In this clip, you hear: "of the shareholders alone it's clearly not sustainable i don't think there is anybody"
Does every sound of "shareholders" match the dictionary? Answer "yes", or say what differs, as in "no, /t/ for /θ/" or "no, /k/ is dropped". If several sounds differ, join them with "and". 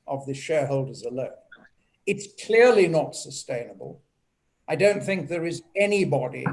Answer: yes